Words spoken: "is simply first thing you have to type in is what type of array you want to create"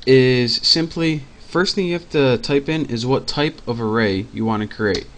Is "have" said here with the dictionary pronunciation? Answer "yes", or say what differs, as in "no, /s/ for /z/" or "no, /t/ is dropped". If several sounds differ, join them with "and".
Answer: no, /f/ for /v/